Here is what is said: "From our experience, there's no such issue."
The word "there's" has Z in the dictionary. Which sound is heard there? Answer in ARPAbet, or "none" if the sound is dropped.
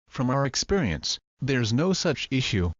Z